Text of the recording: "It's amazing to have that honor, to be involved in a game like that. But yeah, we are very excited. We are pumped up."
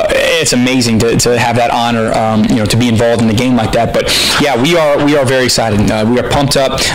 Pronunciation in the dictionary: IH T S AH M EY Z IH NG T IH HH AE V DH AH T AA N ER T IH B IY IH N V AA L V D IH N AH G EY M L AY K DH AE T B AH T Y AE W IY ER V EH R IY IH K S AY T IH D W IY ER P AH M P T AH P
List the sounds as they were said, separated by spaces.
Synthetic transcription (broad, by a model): IH T S AH M EY Z IH NG T IH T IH V DH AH T AA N ER T IH B IY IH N V AA L V D IH N AH G EY M L AY K DH AE T B AH T Y AE W IY ER W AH R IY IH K S AY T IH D W IY ER P AH M P T AH P